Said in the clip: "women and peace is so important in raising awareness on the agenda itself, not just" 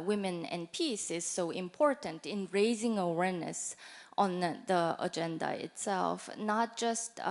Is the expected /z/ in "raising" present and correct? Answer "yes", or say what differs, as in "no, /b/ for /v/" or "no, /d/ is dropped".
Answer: yes